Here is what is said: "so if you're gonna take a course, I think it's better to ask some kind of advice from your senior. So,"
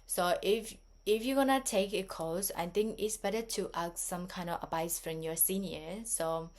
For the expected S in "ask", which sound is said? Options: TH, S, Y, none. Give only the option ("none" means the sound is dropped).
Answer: none